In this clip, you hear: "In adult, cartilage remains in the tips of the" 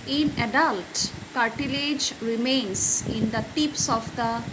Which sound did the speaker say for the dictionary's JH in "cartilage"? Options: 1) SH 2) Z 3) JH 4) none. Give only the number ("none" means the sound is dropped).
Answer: 3